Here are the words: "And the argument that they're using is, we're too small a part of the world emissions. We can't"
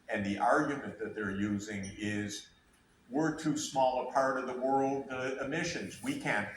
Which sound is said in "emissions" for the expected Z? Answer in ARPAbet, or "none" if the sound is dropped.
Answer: Z